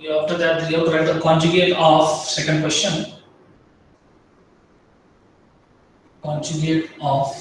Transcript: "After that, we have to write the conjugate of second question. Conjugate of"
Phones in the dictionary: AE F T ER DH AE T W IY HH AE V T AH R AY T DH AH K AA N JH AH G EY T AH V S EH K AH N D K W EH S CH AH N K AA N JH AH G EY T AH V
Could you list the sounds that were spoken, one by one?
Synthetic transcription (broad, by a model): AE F T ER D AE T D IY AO P T AH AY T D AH K AA N JH AH G EY T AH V S EH K AH N D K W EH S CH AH N K AA N JH AH G EY T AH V